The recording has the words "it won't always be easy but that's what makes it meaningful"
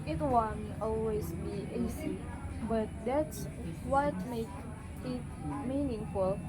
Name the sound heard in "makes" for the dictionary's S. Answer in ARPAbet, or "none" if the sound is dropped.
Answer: none